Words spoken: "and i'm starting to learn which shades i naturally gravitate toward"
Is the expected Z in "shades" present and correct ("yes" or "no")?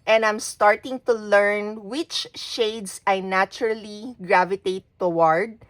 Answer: no